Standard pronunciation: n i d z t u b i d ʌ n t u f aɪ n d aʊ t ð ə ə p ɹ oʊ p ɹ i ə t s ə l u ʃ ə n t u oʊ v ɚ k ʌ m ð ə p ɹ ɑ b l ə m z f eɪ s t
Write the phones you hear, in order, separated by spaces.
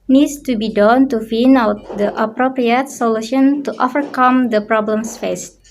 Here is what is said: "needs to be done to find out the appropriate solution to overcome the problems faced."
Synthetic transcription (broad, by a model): n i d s t u b i d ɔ n t u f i n aʊ t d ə ə p ɹ oʊ p ɹ i ə t s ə l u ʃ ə n t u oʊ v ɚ k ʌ m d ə p ɹ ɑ b l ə m s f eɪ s t